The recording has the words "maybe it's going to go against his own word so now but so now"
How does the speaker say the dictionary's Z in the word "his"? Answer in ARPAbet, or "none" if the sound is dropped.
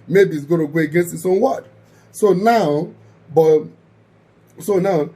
S